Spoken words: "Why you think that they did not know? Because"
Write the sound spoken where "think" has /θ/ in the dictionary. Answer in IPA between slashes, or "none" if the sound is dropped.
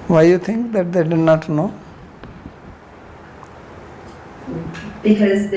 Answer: /t/